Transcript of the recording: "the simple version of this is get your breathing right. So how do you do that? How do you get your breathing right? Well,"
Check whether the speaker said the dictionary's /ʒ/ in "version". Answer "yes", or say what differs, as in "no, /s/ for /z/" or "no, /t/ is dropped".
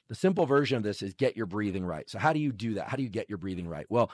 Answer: yes